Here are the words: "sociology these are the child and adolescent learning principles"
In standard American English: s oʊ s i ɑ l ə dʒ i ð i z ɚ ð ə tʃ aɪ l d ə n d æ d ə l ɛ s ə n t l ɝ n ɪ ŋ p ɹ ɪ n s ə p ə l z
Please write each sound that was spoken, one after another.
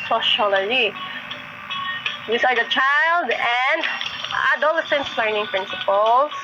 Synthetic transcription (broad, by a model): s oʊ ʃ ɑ l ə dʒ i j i s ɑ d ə tʃ aɪ l d ə n d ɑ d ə l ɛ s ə n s l ɝ n ɪ ŋ p ɹ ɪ n s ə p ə l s